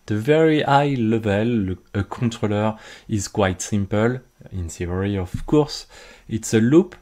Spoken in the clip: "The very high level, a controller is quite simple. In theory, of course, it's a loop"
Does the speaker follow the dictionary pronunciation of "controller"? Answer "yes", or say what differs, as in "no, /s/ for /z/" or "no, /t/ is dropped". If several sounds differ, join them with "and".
no, /n/ is dropped